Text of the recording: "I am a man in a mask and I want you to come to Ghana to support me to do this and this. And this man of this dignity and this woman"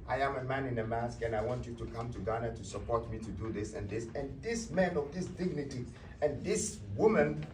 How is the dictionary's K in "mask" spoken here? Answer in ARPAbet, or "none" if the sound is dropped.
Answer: K